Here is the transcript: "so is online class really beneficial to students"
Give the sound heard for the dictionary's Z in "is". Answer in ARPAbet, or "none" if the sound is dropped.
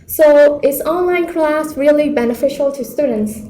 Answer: S